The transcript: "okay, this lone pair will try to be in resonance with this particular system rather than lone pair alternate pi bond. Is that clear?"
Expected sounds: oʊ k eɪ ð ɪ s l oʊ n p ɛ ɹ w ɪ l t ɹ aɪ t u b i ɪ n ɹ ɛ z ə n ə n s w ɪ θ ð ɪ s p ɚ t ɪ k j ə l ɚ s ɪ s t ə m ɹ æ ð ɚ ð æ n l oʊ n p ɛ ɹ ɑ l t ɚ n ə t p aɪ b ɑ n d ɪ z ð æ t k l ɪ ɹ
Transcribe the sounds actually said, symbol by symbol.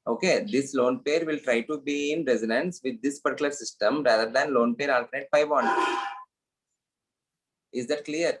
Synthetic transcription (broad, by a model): oʊ k eɪ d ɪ s l oʊ n p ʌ ɹ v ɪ l t ɹ aɪ t u b i ɪ n ɹ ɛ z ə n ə n s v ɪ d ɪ s p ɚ t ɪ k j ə l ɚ s ɪ s t ə m ɹ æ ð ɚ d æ n l oʊ n p ɛ ɹ ɑ l t ɚ n ə t f aɪ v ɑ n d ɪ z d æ t k l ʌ ɹ